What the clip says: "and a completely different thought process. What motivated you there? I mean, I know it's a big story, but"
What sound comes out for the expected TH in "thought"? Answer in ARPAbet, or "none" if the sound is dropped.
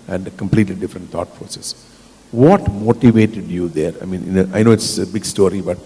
T